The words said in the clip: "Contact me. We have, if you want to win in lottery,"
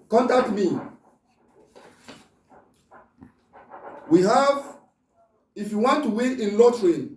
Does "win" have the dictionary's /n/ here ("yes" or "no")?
no